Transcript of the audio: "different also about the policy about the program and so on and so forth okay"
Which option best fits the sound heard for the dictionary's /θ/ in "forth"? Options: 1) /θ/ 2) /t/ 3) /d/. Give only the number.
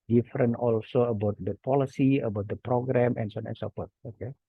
2